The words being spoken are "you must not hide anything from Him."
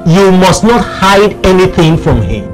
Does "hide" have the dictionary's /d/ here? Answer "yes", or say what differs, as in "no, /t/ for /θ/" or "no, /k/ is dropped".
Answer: yes